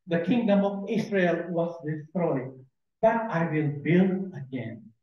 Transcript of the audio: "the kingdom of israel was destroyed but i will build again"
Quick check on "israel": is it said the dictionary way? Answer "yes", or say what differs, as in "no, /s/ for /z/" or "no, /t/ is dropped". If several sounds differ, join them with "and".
no, /s/ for /z/